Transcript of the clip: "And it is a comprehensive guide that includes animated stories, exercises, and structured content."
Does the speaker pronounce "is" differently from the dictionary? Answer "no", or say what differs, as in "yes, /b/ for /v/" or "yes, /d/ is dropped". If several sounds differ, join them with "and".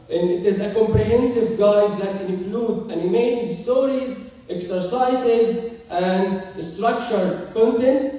no